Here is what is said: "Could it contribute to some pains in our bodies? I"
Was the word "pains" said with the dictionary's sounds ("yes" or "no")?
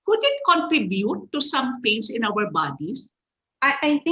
no